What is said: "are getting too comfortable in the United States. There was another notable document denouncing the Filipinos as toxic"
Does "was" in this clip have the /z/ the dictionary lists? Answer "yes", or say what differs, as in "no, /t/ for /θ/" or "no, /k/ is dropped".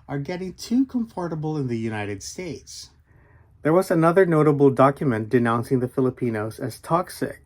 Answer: yes